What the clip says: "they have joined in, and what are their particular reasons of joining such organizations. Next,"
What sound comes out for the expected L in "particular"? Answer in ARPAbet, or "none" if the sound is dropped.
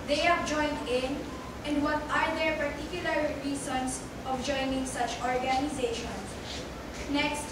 L